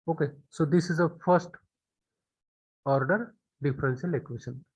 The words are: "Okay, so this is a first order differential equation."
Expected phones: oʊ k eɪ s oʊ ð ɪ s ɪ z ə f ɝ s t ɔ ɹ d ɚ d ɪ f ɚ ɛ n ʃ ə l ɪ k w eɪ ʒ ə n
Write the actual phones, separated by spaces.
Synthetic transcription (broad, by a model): oʊ k eɪ s oʊ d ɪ s ɪ z ə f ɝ s t ɔ ɹ d ɚ d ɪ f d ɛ n s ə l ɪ k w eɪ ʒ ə n